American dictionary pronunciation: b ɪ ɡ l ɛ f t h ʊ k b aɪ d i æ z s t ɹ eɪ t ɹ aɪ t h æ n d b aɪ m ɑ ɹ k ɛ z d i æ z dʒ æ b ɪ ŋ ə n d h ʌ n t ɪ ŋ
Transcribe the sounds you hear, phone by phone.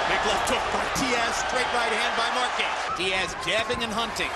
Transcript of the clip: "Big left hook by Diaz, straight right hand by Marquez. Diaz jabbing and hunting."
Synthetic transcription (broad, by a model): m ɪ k l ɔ t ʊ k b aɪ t i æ s t ɹ eɪ t ɹ aɪ t h æ n d b aɪ m ɑ ɹ k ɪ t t i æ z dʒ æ b ɪ ŋ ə n h ʌ n t ɪ ŋ